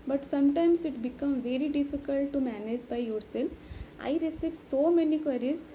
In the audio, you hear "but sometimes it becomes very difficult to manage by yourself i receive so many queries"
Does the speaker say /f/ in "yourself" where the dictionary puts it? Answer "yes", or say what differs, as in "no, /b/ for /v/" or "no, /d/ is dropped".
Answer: no, /f/ is dropped